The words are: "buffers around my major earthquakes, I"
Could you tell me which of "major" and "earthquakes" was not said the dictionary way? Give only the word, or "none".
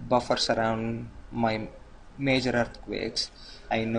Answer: earthquakes